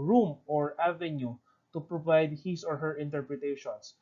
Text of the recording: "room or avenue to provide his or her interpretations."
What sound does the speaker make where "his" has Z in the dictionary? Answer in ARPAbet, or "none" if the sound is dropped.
S